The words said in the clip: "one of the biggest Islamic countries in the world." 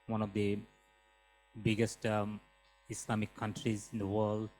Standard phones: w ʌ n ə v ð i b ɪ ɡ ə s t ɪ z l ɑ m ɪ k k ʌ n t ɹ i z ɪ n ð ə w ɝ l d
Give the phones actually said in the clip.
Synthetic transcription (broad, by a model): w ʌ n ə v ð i b ɪ ɡ ə s t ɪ s l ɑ m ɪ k k ʌ n t ɹ i z ɪ n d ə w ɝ l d